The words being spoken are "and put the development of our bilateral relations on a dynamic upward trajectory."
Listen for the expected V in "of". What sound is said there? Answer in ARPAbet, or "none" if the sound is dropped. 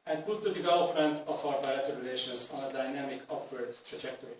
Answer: F